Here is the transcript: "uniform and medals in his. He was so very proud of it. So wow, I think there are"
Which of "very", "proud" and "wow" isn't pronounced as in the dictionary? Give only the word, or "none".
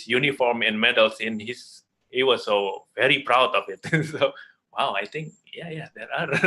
none